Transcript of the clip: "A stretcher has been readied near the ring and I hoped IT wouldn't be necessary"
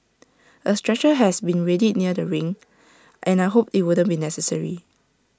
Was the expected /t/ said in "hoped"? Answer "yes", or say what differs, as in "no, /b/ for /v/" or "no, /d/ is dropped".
no, /t/ is dropped